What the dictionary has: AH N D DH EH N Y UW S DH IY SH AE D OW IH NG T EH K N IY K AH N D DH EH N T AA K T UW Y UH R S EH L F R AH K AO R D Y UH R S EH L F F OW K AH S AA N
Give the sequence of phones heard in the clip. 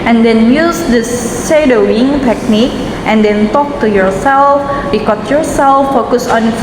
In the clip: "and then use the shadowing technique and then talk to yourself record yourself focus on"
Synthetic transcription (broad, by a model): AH N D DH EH N Y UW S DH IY S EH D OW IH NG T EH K N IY K AH N D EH N T AA K T UW Y UH R S EH L F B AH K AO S Y UH R S EH L F F OW K AH S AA N